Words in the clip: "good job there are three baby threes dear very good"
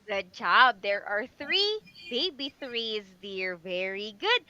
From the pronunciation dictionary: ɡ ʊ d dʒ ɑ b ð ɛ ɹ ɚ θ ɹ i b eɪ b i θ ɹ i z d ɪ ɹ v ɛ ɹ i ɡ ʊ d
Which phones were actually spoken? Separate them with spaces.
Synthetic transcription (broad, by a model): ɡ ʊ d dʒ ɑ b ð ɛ ɹ ɚ θ ɹ i b eɪ b i θ ɹ i z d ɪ ɹ v ɛ ɹ i ɡ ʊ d